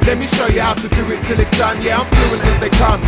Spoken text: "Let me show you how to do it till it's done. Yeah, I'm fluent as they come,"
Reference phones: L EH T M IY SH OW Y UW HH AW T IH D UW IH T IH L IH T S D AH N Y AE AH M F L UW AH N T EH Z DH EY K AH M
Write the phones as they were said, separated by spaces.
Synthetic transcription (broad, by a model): L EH T M IY SH OW Y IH HH AW T IH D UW IH T IH L IH T S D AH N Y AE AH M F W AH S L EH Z DH EY K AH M